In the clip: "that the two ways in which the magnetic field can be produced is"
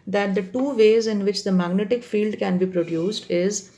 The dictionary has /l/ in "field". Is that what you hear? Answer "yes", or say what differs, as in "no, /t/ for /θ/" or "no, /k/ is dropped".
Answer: yes